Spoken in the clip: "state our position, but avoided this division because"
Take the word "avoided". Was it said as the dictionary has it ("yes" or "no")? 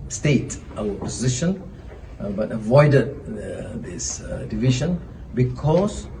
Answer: yes